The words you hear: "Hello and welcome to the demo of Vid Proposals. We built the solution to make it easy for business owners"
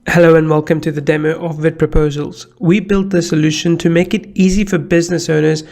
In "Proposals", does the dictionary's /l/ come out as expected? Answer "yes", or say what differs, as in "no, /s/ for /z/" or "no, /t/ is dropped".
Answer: yes